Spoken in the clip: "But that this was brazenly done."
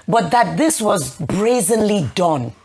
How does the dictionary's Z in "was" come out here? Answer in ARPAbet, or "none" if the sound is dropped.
Z